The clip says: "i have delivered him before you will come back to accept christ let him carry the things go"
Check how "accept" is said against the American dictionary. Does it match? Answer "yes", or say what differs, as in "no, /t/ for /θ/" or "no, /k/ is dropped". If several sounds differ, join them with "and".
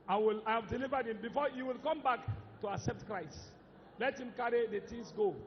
yes